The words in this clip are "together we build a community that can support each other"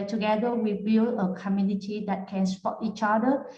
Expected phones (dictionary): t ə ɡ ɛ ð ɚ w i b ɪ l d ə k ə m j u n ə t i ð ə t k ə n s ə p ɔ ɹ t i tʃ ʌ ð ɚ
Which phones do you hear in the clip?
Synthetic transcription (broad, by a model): t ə ɡ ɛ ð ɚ w i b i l ə k ə m j u n ə t i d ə t k ə n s p ɔ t i tʃ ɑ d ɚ